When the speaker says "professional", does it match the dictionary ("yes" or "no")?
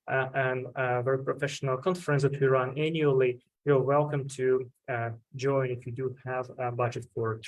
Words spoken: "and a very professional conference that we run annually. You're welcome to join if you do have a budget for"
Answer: yes